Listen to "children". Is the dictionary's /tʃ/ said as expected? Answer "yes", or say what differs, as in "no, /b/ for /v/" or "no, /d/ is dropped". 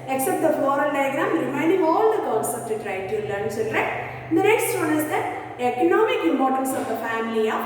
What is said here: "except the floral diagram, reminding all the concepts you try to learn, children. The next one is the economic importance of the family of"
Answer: no, /s/ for /tʃ/